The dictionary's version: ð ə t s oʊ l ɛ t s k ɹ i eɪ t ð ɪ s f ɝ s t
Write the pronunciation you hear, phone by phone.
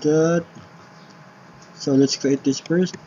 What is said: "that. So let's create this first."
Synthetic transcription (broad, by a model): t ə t s oʊ l ɛ t s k i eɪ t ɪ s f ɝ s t